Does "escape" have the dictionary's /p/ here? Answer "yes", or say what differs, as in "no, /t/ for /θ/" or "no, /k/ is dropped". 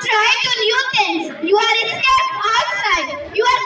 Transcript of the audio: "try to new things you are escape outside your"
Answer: no, /p/ is dropped